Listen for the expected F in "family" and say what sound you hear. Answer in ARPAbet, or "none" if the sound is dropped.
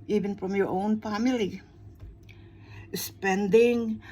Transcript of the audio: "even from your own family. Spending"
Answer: F